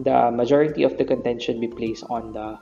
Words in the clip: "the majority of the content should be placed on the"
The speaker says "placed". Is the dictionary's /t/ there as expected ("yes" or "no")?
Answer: yes